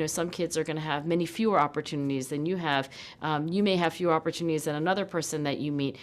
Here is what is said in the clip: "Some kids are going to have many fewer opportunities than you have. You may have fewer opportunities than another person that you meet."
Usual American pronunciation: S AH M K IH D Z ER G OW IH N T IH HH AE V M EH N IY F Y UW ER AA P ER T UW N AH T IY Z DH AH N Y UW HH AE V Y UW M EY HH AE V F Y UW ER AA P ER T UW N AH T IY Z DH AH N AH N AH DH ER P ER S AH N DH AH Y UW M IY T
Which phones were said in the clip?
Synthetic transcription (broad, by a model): S AH M K IH D Z ER G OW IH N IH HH V M EH N IY F Y UW ER AA P ER T UW N AH T IY Z DH AH N Y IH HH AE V Y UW M EY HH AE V F Y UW AA P ER T UW N AH T IY Z DH AH N AH N AH DH ER P ER S AH N DH AH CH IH M IY T